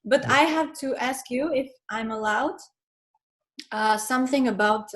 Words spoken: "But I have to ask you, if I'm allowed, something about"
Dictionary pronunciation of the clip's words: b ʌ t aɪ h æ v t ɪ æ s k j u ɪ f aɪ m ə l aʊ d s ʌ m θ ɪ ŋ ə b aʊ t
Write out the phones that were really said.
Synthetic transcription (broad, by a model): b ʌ t aɪ h æ v t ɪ æ s k j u ɪ f aɪ m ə l aʊ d s ʌ m θ ɪ ŋ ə b aʊ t